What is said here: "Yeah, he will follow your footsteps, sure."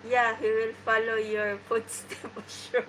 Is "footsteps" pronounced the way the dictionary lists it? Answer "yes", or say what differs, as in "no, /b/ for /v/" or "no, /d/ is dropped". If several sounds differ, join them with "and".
no, /p/ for /f/